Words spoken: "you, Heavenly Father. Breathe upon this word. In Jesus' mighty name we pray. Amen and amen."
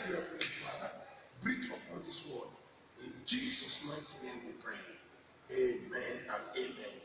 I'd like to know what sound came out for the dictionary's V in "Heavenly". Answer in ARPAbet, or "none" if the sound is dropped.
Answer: F